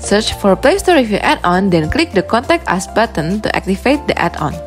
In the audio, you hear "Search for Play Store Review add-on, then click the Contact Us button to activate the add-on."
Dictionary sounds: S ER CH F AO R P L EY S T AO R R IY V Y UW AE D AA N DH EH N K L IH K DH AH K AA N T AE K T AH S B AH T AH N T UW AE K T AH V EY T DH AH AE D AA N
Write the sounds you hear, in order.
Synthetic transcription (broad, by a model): S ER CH F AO R P L EY S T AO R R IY F Y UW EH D AA N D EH N K L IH K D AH K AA N T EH K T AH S B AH T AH N T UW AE K T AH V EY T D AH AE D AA N